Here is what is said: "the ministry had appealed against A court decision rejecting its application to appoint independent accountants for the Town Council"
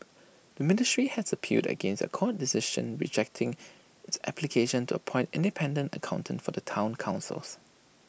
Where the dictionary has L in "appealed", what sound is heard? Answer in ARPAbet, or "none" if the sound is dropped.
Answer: none